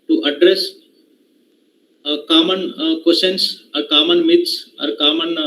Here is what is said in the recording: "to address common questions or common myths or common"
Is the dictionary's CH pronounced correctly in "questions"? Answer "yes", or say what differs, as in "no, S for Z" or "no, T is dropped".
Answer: no, CH is dropped